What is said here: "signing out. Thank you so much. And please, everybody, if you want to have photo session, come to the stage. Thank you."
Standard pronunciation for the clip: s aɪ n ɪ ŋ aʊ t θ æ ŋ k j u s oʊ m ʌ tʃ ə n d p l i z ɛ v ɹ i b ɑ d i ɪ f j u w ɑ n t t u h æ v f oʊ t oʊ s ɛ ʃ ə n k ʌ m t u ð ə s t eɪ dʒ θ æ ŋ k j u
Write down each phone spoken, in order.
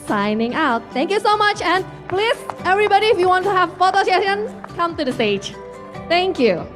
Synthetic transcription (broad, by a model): s aɪ n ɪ ŋ aʊ t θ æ ŋ k j u s oʊ m ʌ tʃ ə n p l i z ɛ v ɹ i b ɑ d i ɪ f j u w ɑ n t t u h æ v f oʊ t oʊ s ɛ ə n k ʌ m t u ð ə s t eɪ dʒ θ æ ŋ k j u